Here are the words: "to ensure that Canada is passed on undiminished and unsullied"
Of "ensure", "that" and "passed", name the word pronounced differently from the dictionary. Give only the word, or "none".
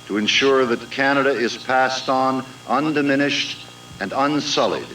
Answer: none